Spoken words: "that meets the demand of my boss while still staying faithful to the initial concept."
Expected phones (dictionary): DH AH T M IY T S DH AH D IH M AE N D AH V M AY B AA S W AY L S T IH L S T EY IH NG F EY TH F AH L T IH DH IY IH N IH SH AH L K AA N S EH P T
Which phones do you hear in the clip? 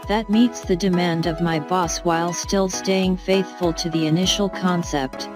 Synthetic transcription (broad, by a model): DH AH T M IY T S DH AH D IH M AE N D AH V M AY B AA S W AY L S T IH L S T EY IH NG F EY TH F AH L T IH DH IY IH N IH SH L K AA N S EH P T